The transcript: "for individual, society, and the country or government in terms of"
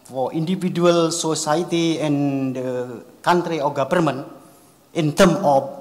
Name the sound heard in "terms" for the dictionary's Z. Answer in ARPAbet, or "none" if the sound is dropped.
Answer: none